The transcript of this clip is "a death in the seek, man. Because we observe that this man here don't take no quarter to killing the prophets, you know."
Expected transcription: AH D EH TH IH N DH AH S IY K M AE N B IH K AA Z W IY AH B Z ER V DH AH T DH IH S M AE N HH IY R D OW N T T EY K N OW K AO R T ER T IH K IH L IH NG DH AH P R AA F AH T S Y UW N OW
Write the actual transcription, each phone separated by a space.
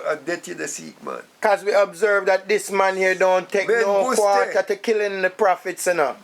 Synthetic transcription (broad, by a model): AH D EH T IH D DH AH S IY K M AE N K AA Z W IY AH B Z ER V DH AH T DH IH S M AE N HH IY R D OW N T T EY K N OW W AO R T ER T IH K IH L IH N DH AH P R AA F AH T S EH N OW